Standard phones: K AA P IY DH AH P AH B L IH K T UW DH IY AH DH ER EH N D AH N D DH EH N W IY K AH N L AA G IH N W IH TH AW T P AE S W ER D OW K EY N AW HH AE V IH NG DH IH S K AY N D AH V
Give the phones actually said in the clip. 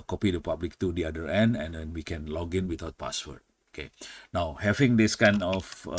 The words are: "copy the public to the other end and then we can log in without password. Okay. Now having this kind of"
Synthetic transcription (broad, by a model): K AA P IY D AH P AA B L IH K T UW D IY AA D ER EH N D AH N D EH N W IY K AH N L AA G IH N W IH T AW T P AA S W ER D OW K EY N AW HH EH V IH NG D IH S K AY N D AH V